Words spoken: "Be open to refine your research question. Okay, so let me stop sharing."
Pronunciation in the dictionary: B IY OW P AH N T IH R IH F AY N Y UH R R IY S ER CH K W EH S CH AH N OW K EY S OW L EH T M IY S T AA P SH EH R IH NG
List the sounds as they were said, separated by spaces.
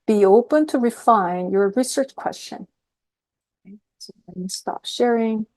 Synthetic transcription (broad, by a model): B IY OW P AH N T IH R IH F AY N Y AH R R IY S ER CH K W EH S CH AH N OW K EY S OW W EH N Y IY S T AA P SH EH R IH NG